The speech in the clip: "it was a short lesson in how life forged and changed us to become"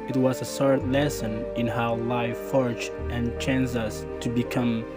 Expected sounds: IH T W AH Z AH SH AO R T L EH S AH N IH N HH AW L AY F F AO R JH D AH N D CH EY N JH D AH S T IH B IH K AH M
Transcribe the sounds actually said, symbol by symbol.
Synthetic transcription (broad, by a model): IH T W AH Z AH S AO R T L EH S AH N IH N HH AW L AY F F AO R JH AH N CH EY N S AH S T IH B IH K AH M